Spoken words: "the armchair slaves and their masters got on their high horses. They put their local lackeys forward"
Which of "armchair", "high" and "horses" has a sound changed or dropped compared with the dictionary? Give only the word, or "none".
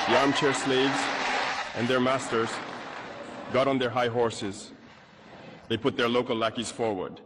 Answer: none